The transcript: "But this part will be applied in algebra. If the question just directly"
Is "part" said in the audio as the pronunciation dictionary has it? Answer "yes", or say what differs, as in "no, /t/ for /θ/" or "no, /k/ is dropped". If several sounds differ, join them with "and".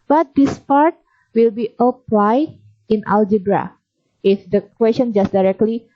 yes